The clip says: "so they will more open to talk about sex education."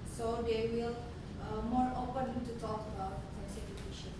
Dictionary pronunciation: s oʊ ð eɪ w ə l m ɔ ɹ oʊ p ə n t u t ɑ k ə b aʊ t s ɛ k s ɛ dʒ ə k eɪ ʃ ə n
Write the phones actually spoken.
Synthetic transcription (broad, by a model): s oʊ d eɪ w ə l m ɔ ɹ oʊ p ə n t u t ɑ k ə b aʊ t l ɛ s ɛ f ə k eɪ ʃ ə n